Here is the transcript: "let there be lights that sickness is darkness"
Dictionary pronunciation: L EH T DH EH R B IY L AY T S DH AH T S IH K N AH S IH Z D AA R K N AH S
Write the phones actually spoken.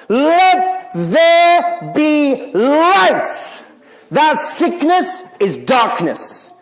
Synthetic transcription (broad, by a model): L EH T DH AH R B IY L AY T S DH AH T S IH K N AH S IH Z D AA R K N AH S